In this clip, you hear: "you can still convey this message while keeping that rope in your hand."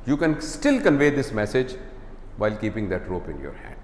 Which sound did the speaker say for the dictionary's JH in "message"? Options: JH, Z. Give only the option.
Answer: JH